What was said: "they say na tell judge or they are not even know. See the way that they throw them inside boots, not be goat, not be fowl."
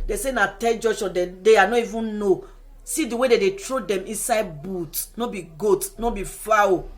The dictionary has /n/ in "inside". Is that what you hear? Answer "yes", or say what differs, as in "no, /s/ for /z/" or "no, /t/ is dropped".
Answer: yes